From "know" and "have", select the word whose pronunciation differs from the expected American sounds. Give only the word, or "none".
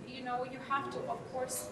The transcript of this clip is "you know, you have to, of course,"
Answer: have